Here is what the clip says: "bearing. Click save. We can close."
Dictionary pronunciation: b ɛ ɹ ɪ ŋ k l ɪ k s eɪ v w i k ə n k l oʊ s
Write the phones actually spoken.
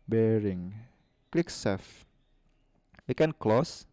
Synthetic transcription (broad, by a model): b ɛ ɹ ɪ ŋ k l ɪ k s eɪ f w i k ə n k l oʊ s